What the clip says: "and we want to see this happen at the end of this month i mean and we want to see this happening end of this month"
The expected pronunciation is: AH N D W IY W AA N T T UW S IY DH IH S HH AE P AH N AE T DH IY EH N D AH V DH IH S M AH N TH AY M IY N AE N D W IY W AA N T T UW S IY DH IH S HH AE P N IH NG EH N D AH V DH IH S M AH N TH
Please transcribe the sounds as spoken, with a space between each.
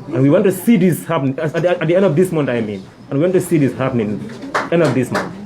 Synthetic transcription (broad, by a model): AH N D W IY W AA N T T UW S IY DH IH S HH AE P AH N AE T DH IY EH N D AH V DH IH S M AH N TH AY M IY N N W IY W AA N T T UW S IY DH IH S HH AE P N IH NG EH N D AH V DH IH S M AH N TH